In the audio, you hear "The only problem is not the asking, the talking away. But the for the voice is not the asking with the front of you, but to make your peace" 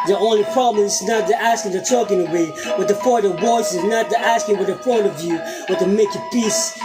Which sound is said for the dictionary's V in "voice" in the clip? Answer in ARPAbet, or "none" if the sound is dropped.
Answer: W